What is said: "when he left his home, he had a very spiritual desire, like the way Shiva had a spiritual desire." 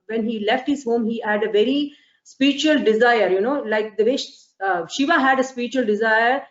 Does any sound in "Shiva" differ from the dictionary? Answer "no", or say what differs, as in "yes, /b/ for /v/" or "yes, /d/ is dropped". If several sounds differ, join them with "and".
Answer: no